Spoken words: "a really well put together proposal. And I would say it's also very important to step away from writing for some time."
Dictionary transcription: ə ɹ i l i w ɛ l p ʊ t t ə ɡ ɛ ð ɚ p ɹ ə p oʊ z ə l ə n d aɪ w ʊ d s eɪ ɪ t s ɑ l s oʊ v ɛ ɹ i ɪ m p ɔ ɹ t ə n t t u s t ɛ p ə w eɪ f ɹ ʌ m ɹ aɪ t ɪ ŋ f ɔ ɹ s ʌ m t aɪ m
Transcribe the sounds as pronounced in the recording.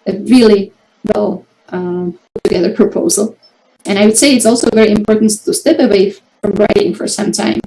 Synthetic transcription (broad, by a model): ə ɹ i l i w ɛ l p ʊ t t ə ɡ ɛ ð ɚ p ɹ ə p oʊ z ə l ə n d aɪ w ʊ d s eɪ ɪ t s ɑ l s oʊ v ɛ ɹ i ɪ m p ɔ ɹ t n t t u s t ɛ p ə w eɪ f ɹ ʌ m ɹ aɪ t ɪ ŋ f ɔ ɹ s ʌ m t aɪ m